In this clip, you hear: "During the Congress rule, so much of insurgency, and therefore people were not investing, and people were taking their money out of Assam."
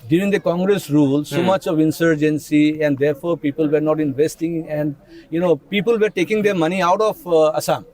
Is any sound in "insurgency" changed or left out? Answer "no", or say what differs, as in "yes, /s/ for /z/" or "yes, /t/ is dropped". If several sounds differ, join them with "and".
no